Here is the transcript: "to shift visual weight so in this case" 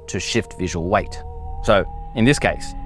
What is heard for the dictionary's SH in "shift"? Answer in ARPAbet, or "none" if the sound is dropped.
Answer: SH